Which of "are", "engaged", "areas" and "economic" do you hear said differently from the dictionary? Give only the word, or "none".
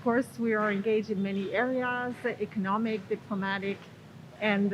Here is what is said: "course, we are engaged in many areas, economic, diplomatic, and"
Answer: none